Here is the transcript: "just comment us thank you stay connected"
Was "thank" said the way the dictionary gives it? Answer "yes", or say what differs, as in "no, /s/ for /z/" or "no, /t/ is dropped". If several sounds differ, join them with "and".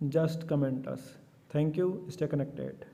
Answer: no, /t/ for /θ/